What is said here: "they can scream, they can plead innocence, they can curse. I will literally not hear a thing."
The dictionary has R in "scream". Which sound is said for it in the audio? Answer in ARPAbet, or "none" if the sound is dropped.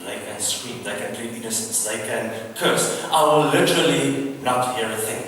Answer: W